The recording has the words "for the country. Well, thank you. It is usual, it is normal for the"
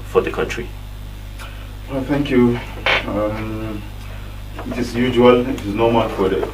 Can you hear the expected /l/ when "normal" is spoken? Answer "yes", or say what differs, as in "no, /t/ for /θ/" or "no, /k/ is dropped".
no, /n/ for /l/